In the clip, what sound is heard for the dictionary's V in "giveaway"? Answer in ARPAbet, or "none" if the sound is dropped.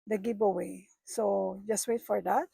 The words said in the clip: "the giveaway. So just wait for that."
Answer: P